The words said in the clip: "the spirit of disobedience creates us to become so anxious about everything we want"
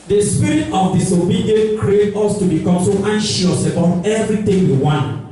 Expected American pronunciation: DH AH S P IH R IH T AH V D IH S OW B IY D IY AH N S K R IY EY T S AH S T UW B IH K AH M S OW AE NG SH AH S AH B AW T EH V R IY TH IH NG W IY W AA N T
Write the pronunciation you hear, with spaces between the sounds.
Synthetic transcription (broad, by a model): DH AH S P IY R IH T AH F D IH S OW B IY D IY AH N K R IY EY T AH S T UW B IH K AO M S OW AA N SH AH S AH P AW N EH V R IY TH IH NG W IY W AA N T